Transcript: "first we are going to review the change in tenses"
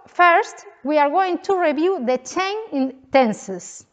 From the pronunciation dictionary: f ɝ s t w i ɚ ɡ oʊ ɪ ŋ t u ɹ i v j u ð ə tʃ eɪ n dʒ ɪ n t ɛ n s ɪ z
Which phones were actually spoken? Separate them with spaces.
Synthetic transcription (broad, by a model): f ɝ s t w i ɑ ɡ oʊ ɪ ŋ t u ɹ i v j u ð ə tʃ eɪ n ɪ n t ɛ n s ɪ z